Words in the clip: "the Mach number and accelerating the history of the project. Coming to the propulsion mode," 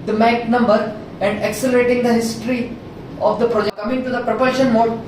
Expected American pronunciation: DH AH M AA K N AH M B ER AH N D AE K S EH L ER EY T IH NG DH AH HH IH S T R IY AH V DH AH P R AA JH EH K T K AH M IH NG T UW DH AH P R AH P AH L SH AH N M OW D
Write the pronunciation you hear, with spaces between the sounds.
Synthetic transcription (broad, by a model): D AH M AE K N AH M B ER AH N D AE K S EH L ER EY T IH NG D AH HH IH S T R IY AH V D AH P R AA JH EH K K AH M IH NG T UW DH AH P R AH P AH SH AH N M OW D